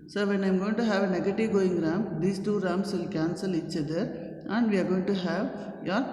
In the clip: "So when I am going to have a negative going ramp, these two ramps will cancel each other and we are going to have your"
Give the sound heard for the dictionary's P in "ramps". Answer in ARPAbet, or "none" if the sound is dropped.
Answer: none